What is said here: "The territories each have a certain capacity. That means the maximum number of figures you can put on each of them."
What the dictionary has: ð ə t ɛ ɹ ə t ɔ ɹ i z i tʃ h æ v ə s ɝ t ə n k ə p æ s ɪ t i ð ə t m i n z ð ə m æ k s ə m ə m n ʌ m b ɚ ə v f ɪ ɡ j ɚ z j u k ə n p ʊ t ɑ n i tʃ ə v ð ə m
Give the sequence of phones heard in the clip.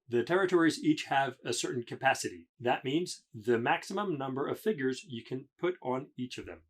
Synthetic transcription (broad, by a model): ð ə t ɛ ɹ ə t ɔ ɹ i z i tʃ h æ v ə s ɝ t n k ə p æ s ɪ t i ð ə t m i n z ð ə m æ k s ə m ə m n ʌ m b ɚ ə v f ɪ ɡ j ɚ z j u k ə n p ʊ t n i tʃ ə v ð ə m